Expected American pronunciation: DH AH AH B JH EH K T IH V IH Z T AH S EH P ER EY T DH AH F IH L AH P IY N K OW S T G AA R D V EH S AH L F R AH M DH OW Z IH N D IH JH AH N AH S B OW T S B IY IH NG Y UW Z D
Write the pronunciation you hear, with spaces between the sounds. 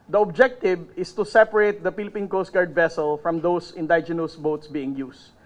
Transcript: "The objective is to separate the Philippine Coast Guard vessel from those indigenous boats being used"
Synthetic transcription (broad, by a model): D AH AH B JH EH K T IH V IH S T AH S EH P ER EY T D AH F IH L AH P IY N K OW S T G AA R D V EH S AH L F R AH M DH OW S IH N D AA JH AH N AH S B OW T S B IY IH NG Y UW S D